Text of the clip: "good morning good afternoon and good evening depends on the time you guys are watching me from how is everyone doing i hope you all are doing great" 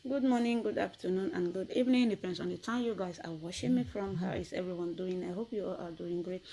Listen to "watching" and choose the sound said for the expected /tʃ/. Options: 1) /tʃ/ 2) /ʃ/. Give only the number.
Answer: 2